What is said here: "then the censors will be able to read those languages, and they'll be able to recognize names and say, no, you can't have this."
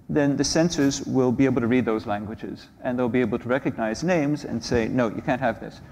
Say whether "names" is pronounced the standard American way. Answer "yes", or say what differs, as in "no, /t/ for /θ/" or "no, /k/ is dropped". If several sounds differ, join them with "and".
yes